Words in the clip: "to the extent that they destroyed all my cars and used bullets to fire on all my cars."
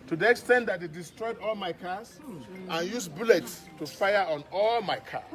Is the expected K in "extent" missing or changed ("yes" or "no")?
no